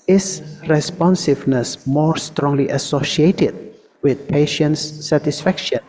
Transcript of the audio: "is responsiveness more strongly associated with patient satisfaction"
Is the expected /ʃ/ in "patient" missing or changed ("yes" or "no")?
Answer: no